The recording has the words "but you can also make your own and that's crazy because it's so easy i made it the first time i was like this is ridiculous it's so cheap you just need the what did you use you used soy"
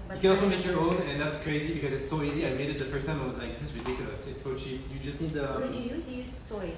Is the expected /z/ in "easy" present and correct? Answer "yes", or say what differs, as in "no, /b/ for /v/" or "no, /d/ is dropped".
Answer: yes